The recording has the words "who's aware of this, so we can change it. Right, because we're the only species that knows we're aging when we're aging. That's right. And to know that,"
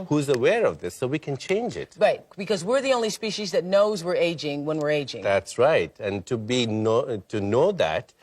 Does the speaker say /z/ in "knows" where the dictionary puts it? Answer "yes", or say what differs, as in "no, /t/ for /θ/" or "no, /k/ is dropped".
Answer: yes